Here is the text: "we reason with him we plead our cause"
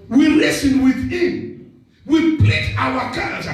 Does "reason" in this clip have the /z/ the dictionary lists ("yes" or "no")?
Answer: no